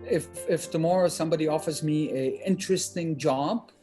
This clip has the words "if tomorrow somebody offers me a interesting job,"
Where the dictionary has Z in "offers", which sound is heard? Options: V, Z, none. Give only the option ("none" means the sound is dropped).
Z